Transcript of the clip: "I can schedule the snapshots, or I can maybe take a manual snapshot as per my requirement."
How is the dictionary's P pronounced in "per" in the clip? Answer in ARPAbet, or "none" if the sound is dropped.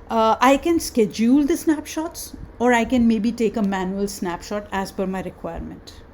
F